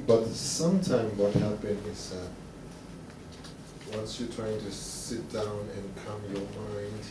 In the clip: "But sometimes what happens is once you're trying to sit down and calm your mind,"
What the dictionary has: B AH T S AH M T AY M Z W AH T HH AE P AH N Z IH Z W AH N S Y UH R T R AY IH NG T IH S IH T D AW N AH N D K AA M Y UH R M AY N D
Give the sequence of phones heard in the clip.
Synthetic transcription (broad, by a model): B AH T S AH M T AY M W AH T HH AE P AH N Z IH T W AH N S Y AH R T R AY IH NG T IH S IH T D AW N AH N K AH M Y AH R M AY N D